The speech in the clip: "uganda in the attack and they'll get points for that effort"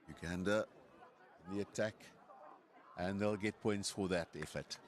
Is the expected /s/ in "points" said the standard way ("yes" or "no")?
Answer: yes